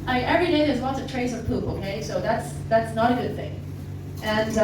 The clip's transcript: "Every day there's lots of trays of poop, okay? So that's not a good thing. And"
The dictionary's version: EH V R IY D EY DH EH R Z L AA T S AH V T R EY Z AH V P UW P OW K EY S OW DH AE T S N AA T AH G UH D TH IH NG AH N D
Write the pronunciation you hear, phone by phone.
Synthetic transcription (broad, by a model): EH V R IY D EY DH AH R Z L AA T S AH V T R EY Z AH V P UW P OW K EY S OW DH AE T S N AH T AH G UH D TH IH NG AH N